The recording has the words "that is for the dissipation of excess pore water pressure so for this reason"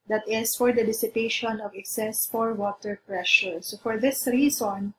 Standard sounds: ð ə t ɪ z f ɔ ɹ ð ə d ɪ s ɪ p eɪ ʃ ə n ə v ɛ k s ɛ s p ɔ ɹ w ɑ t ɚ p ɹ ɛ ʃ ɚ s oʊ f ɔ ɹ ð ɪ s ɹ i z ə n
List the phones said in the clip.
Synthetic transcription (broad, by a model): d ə t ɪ s f ɔ ɹ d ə d ɪ s ɪ p eɪ ʃ ə n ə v ɛ k s ɛ s f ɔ ɹ w ɑ t ɚ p ɹ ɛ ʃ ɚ s oʊ f ɔ ɹ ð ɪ s ɹ i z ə n